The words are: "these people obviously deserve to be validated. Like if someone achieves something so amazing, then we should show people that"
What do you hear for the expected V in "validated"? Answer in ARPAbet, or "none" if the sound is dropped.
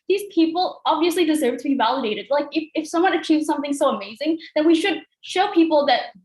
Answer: V